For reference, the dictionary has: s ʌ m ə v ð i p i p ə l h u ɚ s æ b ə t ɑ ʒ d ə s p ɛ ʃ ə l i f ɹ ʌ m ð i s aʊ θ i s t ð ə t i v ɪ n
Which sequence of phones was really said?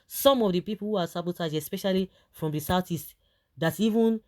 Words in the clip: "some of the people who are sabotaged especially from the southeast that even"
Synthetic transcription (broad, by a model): s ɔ m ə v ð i p i p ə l h u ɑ s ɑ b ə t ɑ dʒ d ə s p ɛ ʃ ə l i f ɹ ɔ m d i s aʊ t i s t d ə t i v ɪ n